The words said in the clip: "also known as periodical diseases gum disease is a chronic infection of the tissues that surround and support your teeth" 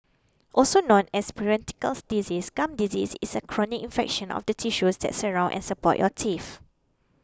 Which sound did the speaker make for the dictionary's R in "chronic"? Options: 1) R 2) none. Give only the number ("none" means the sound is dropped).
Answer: 1